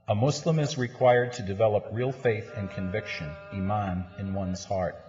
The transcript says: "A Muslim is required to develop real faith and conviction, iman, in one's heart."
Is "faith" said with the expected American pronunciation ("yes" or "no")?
yes